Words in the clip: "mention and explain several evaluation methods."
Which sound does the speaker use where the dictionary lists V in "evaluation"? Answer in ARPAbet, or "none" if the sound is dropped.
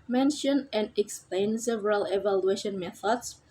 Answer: V